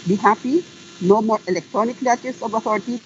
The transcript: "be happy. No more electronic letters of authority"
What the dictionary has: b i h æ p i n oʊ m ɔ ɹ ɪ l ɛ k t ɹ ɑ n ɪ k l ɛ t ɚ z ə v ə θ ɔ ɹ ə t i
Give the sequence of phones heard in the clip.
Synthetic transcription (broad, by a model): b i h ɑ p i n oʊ m ɔ ɹ ɪ l ɛ k t ɹ ɑ n ɪ k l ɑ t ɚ s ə b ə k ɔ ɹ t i